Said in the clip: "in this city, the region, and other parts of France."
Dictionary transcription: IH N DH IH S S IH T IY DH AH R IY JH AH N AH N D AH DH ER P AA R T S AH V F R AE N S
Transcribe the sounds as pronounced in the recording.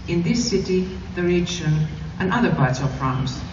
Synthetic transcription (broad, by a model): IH N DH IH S S IH T IY DH AH R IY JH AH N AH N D AH DH ER B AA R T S AH V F R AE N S